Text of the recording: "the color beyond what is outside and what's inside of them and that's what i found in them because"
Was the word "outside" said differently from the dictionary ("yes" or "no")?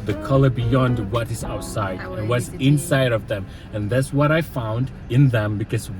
yes